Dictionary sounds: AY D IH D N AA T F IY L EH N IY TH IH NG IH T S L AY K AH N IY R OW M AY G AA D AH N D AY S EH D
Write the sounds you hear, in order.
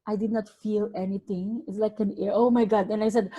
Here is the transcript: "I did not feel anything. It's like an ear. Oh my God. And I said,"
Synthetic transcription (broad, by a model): AY D IH D N AA T F IY L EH N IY T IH NG IH T S L AY K AH N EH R OW M AY G AA D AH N AY S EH D